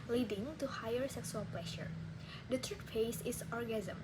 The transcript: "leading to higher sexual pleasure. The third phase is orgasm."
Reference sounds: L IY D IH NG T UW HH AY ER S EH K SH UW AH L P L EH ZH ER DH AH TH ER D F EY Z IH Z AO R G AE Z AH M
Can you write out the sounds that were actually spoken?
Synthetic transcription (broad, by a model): L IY D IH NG T UW HH AY ER S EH K S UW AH L P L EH SH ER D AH T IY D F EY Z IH S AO R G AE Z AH M